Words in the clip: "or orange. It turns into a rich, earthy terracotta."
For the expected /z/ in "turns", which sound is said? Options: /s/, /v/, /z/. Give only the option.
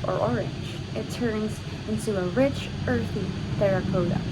/z/